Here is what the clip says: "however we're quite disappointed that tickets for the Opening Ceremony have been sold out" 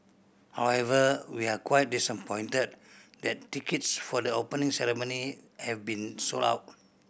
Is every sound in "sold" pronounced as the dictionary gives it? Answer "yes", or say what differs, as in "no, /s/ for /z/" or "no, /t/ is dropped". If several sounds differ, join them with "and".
no, /d/ is dropped